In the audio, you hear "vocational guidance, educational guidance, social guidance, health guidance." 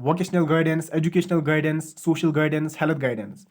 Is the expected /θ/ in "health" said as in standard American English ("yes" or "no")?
no